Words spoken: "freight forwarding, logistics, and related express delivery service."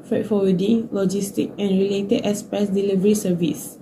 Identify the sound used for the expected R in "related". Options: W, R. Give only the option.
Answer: R